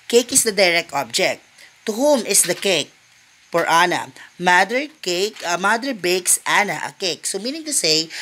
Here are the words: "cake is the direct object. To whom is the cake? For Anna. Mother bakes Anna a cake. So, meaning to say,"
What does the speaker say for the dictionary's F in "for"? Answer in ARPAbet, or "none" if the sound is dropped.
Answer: P